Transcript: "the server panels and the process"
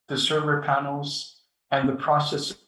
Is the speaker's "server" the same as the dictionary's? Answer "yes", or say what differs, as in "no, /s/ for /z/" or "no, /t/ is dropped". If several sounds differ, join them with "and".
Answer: yes